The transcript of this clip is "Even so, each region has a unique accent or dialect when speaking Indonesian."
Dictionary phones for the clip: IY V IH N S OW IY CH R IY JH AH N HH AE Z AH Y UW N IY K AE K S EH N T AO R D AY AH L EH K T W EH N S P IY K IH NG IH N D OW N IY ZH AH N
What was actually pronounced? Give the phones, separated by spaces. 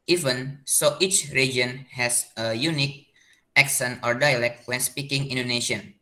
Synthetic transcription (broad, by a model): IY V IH N S OW IY CH R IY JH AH N HH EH S AH Y UW N IY K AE K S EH N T AO R D AY AH L EH K T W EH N S P IY K IH NG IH N D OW N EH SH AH N